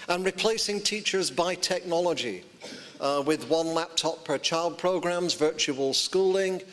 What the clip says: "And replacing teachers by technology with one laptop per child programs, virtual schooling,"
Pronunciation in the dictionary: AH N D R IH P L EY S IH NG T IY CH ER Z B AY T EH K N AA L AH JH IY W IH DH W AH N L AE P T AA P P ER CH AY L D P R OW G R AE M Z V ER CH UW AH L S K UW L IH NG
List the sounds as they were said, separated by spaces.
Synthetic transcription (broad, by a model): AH N R IH P L EY S IH NG T IY CH ER Z B AY T EH K N AA L AH JH IY W IH DH W AH N L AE P T AA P P ER CH AY L D P R OW G R AE M Z V ER CH UW AH L S K UW L IH NG